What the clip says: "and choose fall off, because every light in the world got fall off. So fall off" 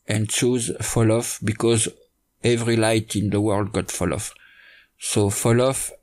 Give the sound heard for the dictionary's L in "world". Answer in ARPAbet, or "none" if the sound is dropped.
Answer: L